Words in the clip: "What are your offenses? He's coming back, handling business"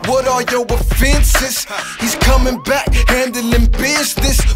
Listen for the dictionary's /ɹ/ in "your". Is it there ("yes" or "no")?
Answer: no